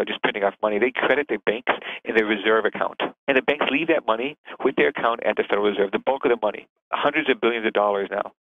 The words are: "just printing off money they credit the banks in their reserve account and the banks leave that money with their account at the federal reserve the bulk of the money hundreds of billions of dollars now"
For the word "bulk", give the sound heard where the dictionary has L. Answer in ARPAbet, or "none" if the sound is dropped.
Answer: L